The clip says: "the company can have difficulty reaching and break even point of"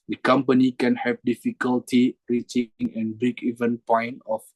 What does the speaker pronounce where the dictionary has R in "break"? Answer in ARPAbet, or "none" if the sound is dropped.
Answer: none